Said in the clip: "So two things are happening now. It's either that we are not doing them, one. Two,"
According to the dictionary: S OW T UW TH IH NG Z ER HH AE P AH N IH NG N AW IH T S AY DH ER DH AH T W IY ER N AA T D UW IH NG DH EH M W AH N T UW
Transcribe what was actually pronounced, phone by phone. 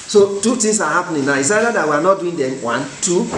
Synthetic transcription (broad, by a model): S OW T UW T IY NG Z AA HH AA P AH N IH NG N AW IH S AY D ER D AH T W IY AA N AA T D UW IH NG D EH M W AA N T UW